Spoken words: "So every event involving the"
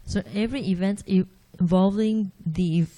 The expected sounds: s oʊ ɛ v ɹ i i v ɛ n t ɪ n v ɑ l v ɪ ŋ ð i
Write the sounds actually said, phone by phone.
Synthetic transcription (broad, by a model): s oʊ ɛ v ɹ i i v ɛ n t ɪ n v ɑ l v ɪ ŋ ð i